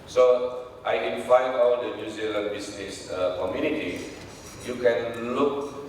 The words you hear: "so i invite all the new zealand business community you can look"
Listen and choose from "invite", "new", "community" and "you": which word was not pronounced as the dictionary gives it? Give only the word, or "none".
invite